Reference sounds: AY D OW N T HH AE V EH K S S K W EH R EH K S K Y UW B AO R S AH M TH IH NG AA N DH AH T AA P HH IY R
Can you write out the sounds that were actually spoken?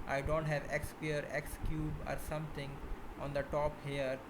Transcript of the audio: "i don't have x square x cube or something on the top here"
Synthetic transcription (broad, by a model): AY D OW N T HH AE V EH K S S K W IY R EH K S K Y UW B AO R S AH M T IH NG AA N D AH T AA P HH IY R